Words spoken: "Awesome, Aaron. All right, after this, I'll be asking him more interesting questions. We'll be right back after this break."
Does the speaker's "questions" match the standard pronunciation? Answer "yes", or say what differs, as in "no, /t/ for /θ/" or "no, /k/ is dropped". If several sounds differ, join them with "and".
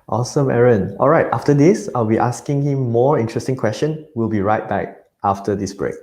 no, /z/ is dropped